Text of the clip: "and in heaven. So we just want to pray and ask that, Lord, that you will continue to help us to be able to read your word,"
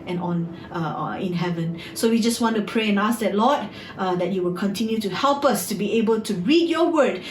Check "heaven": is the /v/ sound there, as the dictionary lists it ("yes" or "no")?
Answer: yes